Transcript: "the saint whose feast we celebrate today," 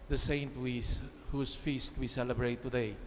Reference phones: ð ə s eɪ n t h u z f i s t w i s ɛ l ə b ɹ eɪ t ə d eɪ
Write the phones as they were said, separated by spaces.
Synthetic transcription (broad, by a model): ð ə s eɪ n t h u s f i s t w i s ɛ l ə b ɹ eɪ t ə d eɪ